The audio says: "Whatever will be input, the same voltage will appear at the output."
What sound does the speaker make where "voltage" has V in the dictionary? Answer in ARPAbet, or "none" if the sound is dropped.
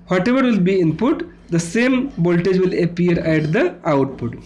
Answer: B